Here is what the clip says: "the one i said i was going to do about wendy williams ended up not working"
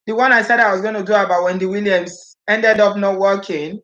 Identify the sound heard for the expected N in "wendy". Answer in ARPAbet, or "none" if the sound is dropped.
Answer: N